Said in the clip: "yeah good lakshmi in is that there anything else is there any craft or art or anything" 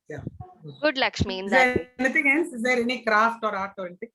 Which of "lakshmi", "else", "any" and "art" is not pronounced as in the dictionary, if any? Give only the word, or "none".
else